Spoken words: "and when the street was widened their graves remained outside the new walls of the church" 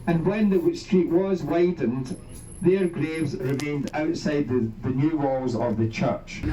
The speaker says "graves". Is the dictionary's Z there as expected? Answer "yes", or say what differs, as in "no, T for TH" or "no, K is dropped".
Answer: yes